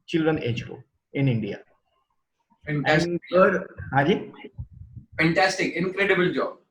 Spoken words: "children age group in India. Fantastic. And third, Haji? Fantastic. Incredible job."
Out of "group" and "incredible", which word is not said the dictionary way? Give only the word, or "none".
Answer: group